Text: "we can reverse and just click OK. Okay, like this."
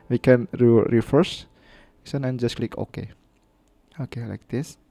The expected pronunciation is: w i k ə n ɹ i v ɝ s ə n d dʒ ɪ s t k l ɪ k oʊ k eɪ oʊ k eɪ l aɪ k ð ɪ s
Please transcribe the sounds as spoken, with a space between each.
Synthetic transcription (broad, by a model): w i k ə n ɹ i f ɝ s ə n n dʒ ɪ s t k l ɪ k oʊ k eɪ oʊ k eɪ l aɪ k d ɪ s